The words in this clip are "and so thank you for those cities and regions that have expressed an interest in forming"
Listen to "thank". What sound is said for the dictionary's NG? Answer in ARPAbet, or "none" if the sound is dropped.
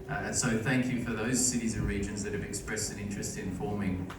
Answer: NG